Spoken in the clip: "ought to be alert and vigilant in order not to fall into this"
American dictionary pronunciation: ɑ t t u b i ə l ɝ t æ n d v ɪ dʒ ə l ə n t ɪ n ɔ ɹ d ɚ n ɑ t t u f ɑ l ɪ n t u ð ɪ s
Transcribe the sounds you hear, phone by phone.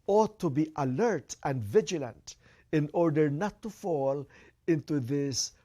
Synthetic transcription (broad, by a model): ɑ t t u b i ə l ɝ t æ n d v ɪ dʒ ə l ə n t ɪ n ɔ ɹ d ɚ n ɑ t t u f ɑ l ɪ n t u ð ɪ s